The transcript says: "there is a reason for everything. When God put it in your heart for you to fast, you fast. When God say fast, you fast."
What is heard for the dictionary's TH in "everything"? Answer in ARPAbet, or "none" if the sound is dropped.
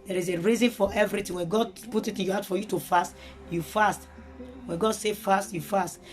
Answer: T